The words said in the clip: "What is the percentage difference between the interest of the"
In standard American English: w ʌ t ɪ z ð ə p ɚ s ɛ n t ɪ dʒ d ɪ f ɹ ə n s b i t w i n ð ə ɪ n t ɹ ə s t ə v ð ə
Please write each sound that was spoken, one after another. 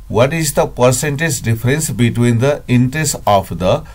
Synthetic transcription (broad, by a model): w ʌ t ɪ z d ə p ɚ s ɛ n t ɪ dʒ d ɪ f ɹ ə n s b i t w i n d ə ɪ n t ɹ ə s t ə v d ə